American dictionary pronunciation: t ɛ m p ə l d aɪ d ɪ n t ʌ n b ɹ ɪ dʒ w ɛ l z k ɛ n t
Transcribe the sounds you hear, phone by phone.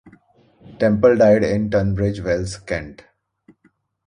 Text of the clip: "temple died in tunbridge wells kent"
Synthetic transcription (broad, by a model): t ɛ m p ə l d aɪ d ɪ n t ʌ n b ɹ ɪ dʒ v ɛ l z k ɛ n t